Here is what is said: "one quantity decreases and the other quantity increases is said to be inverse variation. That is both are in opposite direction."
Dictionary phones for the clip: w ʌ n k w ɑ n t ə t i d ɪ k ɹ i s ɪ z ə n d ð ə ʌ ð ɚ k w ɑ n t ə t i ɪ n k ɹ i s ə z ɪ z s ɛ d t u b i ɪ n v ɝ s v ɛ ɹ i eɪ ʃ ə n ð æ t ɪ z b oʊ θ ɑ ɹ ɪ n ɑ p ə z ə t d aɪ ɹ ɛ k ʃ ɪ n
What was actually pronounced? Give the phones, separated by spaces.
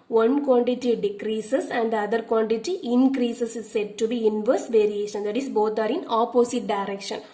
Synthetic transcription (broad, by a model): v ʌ n k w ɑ n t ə t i d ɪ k ɹ i s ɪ s ə n d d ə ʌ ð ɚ k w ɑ n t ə t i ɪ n k ɹ i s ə s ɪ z s ɛ d t u b i ɪ n v ɝ s v ɛ ɹ i eɪ ʃ ə n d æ t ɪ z b oʊ t ɑ ɹ ɪ n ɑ p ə s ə t d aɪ ɹ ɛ k ʃ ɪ n